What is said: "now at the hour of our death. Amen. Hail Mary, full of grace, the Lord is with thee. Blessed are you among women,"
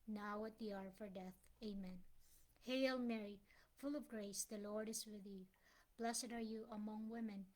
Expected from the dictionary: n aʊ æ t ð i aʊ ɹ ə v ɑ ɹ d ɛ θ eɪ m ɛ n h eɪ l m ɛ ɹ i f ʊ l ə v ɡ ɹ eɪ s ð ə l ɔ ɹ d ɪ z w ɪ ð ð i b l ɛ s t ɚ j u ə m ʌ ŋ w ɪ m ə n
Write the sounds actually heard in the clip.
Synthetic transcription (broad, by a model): n aʊ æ t ð i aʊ ɹ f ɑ ɹ d ɛ θ eɪ m ɛ n h eɪ l m ɛ ɹ i f ʊ l ə v ɡ ɹ eɪ s ð ə l ɔ ɹ d ɪ z w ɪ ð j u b l ɛ s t ɚ j u ə m ʌ ŋ w ɪ m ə n